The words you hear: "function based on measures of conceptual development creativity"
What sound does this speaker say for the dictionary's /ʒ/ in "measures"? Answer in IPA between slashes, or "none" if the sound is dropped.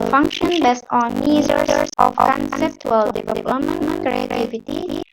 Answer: /z/